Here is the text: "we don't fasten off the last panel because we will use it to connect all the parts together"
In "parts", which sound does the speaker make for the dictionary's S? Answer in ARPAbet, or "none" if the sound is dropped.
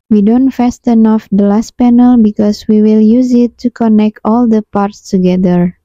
S